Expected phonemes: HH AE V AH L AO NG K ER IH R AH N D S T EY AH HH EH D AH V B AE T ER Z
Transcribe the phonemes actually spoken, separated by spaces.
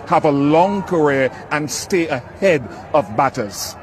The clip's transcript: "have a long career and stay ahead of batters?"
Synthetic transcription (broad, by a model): HH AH V AH L AO NG K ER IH R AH N S T EY AH HH EH D AH V B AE T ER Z